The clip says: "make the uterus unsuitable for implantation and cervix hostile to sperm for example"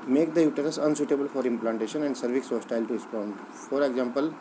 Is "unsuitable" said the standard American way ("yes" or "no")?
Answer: yes